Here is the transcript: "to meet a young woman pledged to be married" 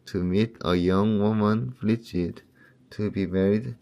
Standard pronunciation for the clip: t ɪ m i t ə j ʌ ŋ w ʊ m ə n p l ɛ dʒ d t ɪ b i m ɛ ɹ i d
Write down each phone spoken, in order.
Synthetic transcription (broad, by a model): t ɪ m i t ə j ʌ ŋ w ʊ m ə n f l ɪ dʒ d t ɪ b i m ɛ ɹ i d